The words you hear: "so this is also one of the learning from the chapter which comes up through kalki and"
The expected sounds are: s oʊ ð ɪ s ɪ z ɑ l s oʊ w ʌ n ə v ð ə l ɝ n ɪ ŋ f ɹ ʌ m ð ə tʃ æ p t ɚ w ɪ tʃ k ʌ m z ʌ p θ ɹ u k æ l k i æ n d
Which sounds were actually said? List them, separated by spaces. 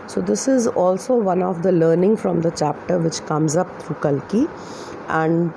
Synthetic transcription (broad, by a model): s oʊ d ɪ s ɪ z ɑ l s oʊ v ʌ n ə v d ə l ɝ n ɪ ŋ f ɹ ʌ m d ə tʃ æ p t ɚ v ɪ tʃ k ʌ m z ʌ p t ɹ u k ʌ l k i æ n d